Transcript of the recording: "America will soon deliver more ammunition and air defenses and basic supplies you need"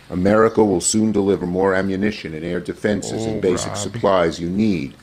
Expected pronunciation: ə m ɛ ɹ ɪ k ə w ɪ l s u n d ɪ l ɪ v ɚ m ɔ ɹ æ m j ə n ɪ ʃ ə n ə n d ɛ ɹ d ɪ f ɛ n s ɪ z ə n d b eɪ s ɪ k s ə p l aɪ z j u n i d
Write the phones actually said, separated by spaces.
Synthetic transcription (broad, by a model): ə m ɛ ɹ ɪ k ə w ɪ l s u n d ɪ l ɪ v ɚ m ɔ ɹ æ m j ə n ɪ ʃ ə n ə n ɛ ɹ d ɪ f ɛ n s ɪ z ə n b eɪ s ɪ k s ə p l aɪ z j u n i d